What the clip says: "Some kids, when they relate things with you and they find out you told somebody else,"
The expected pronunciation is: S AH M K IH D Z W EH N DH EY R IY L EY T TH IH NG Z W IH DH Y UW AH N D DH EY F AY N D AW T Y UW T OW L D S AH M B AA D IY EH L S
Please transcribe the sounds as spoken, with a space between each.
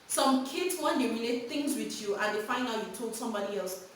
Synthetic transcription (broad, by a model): S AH M K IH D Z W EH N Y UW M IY N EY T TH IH NG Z W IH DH Y UW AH N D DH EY F AY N AW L Y UW T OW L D S AH M B AA D IY EH L S